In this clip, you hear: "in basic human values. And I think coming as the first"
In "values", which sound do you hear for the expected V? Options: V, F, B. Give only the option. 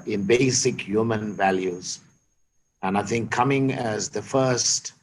V